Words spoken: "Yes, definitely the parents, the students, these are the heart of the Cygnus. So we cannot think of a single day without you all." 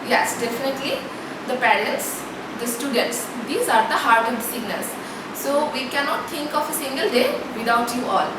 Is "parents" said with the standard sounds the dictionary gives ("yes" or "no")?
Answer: no